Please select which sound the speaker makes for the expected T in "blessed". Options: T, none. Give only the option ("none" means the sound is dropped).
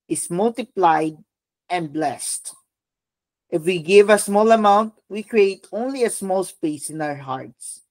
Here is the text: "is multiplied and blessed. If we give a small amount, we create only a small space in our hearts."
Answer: T